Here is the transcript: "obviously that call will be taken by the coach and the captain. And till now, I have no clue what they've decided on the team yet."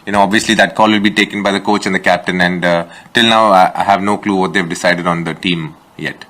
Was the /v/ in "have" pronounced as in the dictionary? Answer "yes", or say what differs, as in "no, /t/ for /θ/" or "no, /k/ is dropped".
yes